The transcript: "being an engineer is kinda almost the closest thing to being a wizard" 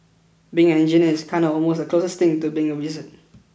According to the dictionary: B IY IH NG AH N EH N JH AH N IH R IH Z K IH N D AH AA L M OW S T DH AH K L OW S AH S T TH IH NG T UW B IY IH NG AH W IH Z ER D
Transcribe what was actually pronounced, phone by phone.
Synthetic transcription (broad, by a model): B IY IH NG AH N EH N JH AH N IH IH S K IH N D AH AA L M OW S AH K L OW S AH S T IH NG T UW B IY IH NG AH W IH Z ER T